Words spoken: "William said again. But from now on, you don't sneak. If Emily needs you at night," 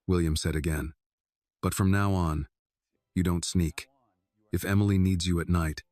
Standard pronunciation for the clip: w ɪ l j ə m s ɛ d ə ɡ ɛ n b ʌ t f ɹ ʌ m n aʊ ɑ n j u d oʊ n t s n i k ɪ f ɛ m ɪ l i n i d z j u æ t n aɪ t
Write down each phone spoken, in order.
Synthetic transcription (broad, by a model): w ɪ l j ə m s ɛ d ə ɡ ɛ n b ʌ t f ɹ ʌ m n aʊ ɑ n j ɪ d oʊ n t s n i k ɪ f ɛ m l i n i d z j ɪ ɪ t n aɪ t